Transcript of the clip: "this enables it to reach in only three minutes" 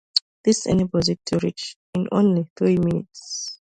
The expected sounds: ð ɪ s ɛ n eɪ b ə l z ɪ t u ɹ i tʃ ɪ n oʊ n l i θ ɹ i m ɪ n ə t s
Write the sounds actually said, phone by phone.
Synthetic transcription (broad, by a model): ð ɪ s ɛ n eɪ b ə z ɪ t u ɹ i tʃ ɪ n oʊ n l i θ ɹ i m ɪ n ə t s